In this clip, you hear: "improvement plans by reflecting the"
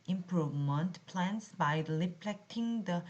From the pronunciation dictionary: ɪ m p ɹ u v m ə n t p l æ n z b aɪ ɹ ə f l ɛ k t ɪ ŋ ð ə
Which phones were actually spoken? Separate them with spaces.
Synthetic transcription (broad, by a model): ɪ m p ɹ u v m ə n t p l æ n s b aɪ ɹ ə p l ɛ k t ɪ ŋ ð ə